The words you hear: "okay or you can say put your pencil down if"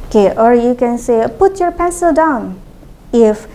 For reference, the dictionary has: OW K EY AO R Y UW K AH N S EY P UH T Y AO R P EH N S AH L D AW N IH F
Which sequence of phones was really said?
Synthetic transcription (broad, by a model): K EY AO R Y UW K AH N S EY P UH T Y AO R P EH S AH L D AW N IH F